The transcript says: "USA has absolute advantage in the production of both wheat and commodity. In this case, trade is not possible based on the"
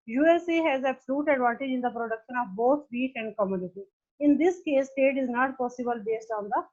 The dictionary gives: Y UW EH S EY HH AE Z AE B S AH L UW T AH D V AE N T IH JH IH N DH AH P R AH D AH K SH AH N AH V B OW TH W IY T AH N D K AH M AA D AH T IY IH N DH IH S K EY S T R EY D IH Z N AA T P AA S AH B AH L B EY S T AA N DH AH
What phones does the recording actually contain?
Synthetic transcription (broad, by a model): Y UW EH S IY HH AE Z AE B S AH L UW T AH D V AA N T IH JH IH N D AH P R AH D AH K SH AH N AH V B OW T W IY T AH N D K AH M AA D AH T IY IH N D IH S K EY S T EY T IH Z N AA T P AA S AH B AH L B EY S T AA N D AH